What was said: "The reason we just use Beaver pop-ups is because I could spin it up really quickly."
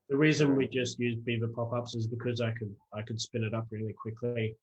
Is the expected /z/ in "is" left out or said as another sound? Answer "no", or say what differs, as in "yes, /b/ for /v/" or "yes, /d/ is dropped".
no